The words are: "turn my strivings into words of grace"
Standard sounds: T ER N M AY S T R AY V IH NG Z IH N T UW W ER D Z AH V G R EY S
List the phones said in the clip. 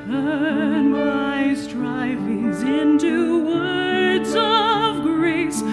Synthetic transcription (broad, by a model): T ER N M AY S T R AY V IH NG Z IH N T UW W ER D Z AH V G R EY S